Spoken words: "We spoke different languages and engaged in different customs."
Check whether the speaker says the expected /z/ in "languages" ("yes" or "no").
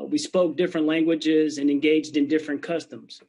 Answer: yes